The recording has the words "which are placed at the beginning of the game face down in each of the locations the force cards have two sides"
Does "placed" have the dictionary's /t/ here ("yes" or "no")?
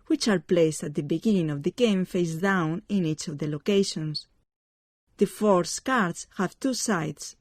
yes